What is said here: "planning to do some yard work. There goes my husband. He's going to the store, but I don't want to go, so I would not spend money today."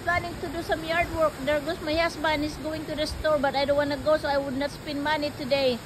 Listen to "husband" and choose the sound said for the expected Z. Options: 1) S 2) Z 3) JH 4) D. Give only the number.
1